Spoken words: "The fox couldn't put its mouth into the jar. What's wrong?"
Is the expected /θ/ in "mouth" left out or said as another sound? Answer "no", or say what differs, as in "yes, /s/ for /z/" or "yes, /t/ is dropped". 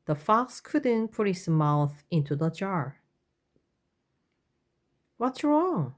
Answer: no